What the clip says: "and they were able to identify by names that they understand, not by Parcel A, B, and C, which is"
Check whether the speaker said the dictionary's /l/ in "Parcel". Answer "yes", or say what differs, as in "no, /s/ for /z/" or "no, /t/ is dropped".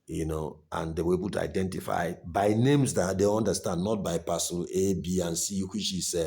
no, /n/ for /l/